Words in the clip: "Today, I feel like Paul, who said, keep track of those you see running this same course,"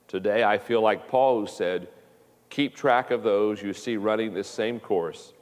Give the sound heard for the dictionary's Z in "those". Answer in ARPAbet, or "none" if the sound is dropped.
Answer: Z